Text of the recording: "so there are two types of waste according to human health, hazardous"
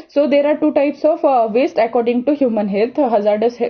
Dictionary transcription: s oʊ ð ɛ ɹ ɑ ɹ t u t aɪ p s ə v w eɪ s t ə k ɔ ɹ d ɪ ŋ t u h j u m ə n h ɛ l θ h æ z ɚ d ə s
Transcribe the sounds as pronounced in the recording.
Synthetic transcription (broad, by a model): s oʊ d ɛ ɹ ɑ ɹ t u t aɪ p s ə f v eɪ s t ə k ɔ ɹ d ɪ ŋ t u h j u m ə n h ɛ l t h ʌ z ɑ d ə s